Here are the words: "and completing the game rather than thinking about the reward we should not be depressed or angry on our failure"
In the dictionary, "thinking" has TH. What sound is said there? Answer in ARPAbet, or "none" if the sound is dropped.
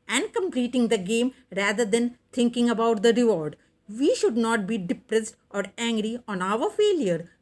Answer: T